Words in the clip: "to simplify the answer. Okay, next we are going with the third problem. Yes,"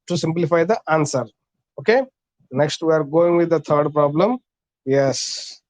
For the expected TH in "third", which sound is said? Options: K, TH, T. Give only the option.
T